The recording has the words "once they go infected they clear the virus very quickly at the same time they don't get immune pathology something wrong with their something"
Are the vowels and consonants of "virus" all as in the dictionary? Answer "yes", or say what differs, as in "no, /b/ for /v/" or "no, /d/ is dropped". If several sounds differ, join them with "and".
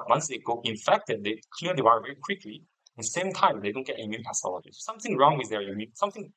no, /s/ is dropped